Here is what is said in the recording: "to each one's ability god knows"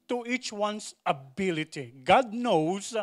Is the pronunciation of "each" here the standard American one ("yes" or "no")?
yes